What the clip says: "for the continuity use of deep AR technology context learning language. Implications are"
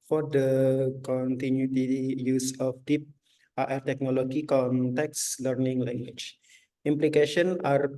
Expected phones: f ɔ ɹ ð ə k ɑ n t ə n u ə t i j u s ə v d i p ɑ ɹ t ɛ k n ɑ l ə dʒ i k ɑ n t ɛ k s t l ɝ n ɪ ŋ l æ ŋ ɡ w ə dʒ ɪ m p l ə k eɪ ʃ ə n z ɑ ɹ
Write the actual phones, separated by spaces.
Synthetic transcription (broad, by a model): f ɔ ɹ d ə k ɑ n t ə n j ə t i j u s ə f d i p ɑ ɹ t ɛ k n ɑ l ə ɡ i k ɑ n t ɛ k s l ɝ n ɪ ŋ l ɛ ŋ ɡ w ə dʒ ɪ m p l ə k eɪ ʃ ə n ɑ ɹ